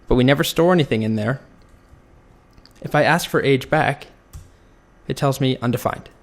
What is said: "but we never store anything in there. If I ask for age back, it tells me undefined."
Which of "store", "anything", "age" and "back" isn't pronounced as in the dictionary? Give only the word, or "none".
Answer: none